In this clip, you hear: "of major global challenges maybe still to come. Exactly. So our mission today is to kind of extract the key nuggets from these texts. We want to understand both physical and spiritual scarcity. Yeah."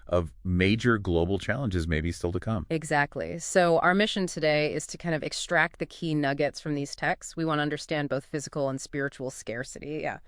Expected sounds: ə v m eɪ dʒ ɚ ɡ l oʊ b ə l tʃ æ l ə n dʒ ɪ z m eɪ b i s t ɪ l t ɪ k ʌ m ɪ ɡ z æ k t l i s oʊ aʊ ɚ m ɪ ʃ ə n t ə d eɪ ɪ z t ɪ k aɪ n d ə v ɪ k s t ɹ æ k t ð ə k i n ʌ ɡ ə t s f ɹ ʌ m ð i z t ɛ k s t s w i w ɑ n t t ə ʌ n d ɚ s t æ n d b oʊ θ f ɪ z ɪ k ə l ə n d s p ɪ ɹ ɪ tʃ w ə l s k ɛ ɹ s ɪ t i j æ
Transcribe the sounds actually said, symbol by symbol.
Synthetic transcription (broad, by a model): ə v m eɪ dʒ ɚ ɡ l oʊ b l tʃ æ l ə n dʒ ɪ z m eɪ b i s t ɪ l t ɪ k ʌ m ɪ ɡ z æ k t l i s oʊ aʊ ɚ m ɪ ʃ ə n t ə d eɪ ɪ z t ɪ k aɪ n d ə v ɪ k s t ɹ æ k t ð ə k i n ʌ ɡ ə t s f ɹ ʌ m ð i z t ɛ k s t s w i w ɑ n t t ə ʌ n d ɚ s t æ n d b oʊ θ f ɪ z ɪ k l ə n s p ɪ ɹ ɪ tʃ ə l s k ɛ ɹ s ɪ t i j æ